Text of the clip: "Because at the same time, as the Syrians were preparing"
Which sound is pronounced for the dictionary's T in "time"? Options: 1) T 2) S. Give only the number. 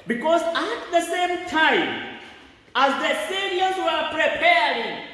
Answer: 1